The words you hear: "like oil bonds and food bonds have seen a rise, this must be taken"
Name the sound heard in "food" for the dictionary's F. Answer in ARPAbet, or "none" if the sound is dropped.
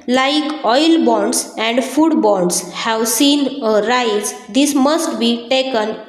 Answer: F